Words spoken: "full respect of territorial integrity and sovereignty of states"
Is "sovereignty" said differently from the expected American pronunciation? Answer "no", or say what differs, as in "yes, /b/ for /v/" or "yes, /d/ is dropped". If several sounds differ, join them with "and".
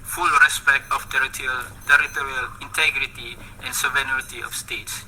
yes, /ɹ/ is dropped